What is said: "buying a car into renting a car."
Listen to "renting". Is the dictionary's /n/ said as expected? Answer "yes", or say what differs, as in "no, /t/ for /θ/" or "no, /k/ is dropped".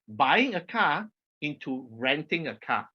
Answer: yes